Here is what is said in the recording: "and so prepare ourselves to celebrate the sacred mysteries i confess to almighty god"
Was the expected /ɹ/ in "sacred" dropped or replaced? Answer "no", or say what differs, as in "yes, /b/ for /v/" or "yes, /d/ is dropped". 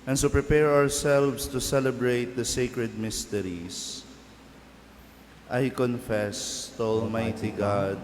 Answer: no